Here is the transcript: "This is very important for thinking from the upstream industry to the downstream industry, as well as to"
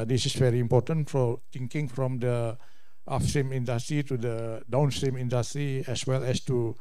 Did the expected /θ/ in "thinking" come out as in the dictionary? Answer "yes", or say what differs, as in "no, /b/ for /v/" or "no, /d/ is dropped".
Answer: no, /t/ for /θ/